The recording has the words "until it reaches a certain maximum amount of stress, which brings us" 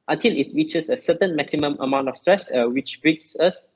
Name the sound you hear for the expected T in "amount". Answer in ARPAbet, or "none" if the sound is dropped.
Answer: T